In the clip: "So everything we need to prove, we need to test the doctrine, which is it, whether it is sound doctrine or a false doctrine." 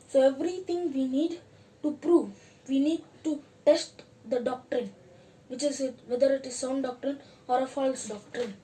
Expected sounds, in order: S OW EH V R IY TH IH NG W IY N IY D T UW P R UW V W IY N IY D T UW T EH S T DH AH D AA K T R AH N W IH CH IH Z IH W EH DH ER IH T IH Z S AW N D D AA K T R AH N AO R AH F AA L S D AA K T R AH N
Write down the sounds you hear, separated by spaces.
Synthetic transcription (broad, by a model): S OW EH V R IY T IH NG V IY N IY D T UW P R UW V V IY N IY D T UW T EH S T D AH D AA K T R AH N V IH CH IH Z IH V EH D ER IH T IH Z S AW N D D AA K T R AH N AO R AH F AA L S D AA K T R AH N